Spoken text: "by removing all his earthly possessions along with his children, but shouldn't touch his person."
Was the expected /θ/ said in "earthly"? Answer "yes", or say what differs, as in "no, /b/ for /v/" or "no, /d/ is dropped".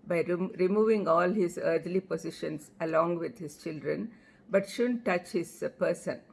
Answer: no, /t/ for /θ/